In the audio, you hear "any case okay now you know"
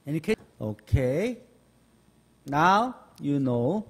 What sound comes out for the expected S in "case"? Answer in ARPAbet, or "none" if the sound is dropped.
none